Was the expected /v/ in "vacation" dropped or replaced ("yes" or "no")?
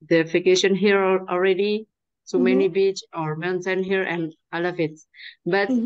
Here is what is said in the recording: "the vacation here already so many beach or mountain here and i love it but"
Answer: yes